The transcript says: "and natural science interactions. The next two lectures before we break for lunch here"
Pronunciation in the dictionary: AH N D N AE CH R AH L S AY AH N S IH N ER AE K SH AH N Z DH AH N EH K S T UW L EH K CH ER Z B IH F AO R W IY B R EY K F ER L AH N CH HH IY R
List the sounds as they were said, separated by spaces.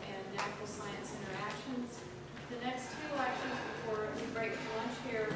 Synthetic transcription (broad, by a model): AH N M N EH R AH L S AY AH N S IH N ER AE K SH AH N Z DH AH N EH K S T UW L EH K SH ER Z B IH F AO R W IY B R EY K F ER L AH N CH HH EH R